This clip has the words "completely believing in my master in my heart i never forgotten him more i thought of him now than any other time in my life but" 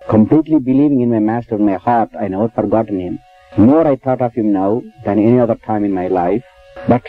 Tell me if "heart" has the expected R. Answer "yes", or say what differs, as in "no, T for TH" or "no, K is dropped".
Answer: yes